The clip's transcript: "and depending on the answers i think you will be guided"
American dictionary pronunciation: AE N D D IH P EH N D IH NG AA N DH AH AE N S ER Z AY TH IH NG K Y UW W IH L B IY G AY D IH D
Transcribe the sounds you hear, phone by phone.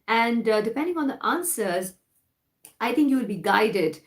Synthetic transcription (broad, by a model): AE N D D IH P EH N D IH NG AA N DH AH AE N S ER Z AY T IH NG K Y UW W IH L B IY G AY D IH D